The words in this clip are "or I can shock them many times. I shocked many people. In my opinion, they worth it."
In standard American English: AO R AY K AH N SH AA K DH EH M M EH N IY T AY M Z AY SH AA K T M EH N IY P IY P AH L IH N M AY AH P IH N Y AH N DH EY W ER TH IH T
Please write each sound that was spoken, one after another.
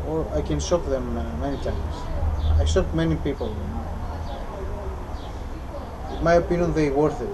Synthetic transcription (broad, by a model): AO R AY K AH N S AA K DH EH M M EH N IY T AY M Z AY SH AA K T M EH N IY P IY P AH L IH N M AY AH P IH N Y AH N DH EY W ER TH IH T